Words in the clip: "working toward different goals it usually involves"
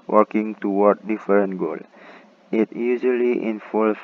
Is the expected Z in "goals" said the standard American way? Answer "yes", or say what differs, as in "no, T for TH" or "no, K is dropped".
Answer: no, Z is dropped